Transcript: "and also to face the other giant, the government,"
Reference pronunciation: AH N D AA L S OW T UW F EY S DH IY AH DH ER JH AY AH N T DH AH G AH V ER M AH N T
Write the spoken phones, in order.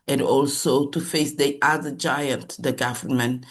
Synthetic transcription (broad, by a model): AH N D AA L S OW T UW F EY S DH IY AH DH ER JH AY AH N T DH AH G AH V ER M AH N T